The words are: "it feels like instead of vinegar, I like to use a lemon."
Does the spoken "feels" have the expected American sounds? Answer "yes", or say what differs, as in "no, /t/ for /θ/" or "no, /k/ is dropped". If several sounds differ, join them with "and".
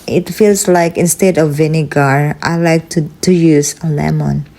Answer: no, /s/ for /z/